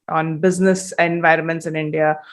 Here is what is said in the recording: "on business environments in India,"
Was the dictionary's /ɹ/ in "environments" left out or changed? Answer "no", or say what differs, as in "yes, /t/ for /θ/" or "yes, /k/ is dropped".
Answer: no